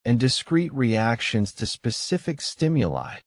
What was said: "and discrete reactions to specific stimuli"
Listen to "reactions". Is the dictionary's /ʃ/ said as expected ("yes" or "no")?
yes